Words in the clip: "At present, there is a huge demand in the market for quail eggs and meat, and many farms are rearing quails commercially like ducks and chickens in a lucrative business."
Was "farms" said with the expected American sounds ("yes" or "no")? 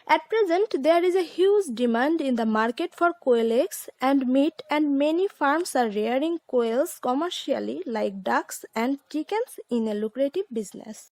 no